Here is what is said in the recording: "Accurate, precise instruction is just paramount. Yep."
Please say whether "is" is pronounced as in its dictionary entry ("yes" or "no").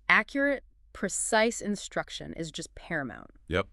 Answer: yes